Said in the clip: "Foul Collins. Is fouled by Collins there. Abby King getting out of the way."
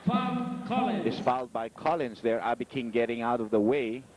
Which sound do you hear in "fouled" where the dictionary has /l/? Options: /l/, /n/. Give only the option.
/l/